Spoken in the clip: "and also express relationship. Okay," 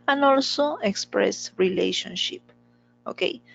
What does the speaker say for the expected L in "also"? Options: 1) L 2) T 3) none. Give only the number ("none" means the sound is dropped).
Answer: 1